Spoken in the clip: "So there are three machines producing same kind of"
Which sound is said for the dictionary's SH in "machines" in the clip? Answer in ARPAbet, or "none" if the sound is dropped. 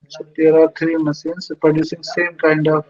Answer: S